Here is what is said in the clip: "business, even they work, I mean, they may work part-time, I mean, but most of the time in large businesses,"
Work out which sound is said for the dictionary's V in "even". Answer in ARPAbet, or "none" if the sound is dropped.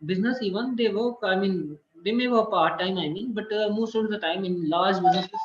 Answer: V